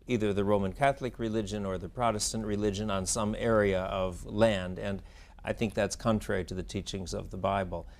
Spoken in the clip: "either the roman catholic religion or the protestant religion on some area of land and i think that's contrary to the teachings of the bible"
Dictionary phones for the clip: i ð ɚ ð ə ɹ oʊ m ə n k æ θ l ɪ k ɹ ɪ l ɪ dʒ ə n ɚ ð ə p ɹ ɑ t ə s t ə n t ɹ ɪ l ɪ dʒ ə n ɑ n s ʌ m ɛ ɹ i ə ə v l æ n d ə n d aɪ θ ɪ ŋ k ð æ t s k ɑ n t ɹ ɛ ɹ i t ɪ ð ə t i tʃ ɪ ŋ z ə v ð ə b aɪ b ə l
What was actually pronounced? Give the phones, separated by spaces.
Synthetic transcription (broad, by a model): i ð ɚ ð ə ɹ oʊ m ə n k æ θ l ɪ k ɹ ɪ l ɪ dʒ ə n ɚ ð ə p ɹ ɑ t ə s t ə n t ɹ ɪ l ɪ dʒ ə n n s ʌ m ɛ ɹ i ə ə v l æ n d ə n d aɪ θ ɪ ŋ k ð æ t s k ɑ n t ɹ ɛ ɹ i t ɪ ð ə t i tʃ ɪ ŋ z ə v ð ə b aɪ b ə l